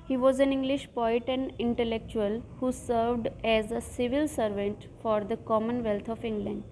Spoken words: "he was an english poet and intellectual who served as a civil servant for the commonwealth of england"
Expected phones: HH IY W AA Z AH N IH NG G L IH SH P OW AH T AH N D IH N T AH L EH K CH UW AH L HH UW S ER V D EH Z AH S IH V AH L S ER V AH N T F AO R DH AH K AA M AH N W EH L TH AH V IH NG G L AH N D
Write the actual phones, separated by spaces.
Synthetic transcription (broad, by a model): HH IY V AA Z AH N IH NG G L IH SH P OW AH T AH N D IH N T AH L EH K CH UW AH L HH UW S ER V D EH Z AH S IH V AH L S ER V AH N T F AO R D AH K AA M AH N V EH L T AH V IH NG G L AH N D